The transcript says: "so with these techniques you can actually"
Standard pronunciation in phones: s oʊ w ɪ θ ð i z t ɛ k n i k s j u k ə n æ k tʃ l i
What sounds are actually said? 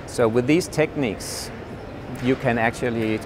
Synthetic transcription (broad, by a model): s oʊ w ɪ ð i z t ɛ k n i k s j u k ə n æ k tʃ l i